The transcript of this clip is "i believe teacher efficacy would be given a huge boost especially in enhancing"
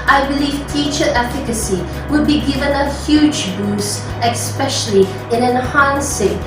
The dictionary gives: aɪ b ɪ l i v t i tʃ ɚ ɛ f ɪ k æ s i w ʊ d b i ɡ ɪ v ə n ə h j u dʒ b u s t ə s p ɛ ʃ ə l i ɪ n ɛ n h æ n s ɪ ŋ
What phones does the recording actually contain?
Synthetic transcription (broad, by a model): aɪ b ɪ l i v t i tʃ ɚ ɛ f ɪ k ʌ s i w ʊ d b i ɡ ɪ v ə n ə h j u dʒ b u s ə s p ɛ ʃ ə l i ɪ n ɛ n h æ n s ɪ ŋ